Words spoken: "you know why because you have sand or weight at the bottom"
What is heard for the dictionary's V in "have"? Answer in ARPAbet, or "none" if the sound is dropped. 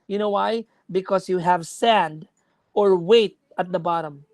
V